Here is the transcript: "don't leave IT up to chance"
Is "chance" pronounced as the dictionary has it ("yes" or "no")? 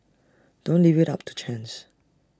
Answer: yes